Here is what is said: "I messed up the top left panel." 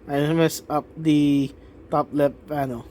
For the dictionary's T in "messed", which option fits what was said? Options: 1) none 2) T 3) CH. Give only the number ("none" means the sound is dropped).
1